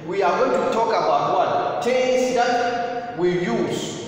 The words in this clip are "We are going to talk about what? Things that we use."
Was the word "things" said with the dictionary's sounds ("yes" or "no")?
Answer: no